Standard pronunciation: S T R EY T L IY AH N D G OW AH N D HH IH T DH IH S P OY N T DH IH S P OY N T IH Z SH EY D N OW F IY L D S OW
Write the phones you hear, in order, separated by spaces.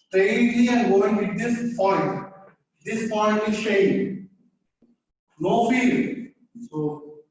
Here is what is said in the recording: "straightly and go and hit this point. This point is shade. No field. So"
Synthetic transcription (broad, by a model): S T R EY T L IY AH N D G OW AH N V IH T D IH S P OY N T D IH S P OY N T IH Z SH EY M N OW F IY D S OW